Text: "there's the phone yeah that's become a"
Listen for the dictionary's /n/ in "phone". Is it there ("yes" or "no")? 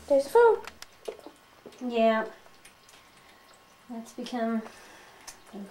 no